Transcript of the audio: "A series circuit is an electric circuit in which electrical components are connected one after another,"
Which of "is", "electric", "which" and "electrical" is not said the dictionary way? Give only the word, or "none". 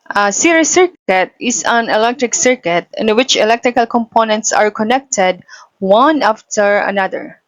is